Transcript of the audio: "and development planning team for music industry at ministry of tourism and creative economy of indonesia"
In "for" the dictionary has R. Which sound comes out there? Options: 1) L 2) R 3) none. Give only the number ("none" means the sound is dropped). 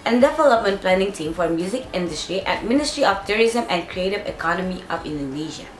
2